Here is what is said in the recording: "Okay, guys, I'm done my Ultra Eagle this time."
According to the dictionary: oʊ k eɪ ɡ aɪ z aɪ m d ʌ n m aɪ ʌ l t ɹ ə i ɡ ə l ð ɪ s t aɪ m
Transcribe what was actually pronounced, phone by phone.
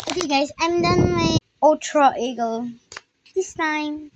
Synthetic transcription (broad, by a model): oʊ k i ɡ aɪ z aɪ m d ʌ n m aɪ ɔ t ɹ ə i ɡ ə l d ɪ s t aɪ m